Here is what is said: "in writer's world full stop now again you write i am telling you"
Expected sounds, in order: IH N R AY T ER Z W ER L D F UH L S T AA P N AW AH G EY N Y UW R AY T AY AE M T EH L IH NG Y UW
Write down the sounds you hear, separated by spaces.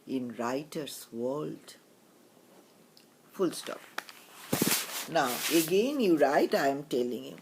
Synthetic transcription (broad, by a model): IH N R AY T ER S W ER L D F UH L S T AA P N AW AH G EY N Y UW R AY T AY M T EH L IH NG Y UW